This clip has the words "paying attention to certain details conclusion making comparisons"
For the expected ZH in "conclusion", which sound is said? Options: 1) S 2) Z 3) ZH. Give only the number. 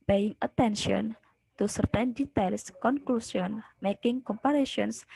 1